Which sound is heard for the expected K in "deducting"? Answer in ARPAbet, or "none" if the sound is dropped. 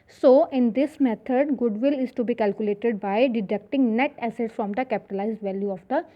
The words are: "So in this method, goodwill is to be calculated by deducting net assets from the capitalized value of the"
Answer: K